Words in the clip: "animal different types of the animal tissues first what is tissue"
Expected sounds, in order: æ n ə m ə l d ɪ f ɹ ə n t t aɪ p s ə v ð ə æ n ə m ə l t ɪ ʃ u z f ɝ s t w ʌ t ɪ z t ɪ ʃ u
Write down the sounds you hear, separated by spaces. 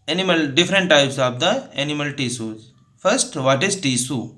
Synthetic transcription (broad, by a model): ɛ n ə m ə l d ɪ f ɹ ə n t t aɪ p s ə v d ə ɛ n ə m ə l t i s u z f ɝ s t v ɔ t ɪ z t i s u